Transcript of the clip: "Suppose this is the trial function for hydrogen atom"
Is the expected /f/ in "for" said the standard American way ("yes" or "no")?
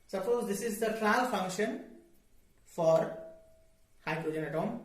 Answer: yes